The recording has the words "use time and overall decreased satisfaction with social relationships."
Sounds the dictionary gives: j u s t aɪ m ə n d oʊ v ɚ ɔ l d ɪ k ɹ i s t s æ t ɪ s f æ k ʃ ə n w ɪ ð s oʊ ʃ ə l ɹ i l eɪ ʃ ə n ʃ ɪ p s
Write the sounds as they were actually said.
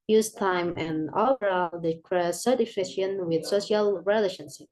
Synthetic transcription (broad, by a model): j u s t aɪ m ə n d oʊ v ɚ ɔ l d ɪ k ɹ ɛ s s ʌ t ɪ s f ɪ ʃ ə n w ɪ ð s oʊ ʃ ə l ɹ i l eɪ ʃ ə n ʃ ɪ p